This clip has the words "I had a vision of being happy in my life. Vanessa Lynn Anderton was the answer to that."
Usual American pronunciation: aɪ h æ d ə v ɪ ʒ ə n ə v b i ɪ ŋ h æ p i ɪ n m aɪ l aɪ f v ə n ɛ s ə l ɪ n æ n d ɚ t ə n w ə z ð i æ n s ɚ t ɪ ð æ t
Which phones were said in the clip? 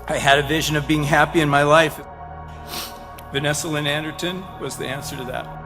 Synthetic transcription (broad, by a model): aɪ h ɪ d ə v ɪ ʒ ə n ə v b i ɪ ŋ h æ p i ɪ n m aɪ l aɪ f v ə n ɛ s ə l ɪ n æ n d ɚ t ə n w ə z ð i æ n s ɚ t ɪ ð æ t